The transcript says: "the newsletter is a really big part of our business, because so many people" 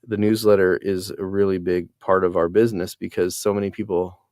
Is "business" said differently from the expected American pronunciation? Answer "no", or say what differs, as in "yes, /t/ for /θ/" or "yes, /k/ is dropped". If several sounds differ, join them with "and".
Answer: no